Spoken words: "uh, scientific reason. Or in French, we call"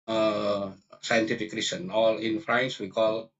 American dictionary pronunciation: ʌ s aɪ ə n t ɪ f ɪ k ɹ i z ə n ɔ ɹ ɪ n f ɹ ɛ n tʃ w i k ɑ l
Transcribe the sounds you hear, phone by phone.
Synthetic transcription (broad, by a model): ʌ s aɪ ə n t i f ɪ k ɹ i s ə n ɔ l ɪ n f ɹ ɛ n s w i k ɑ l